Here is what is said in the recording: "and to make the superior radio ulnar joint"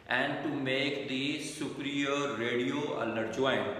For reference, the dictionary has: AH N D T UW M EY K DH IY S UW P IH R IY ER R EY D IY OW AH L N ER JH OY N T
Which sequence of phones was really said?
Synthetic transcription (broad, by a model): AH N D T UW M EY K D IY S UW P R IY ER R EY D IY OW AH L ER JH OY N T